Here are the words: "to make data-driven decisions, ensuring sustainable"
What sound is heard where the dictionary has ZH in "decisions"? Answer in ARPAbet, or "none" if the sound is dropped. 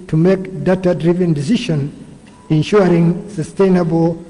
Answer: SH